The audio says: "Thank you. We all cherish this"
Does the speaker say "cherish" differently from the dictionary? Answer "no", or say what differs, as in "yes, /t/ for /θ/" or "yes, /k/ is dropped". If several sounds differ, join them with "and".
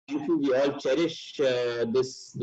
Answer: no